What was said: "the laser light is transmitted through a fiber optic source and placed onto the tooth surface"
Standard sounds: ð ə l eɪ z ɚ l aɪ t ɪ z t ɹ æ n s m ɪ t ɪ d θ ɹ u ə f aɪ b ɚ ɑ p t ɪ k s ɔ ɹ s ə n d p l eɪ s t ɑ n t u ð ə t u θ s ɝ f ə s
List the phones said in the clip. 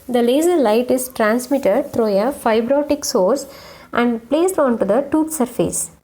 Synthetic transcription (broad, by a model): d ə l eɪ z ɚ l aɪ t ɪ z t ɹ æ n s m ɪ t ɪ d t ɹ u ə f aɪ b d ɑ t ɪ k s ɔ ɹ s ə n d p l eɪ s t ɑ n t u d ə t u t s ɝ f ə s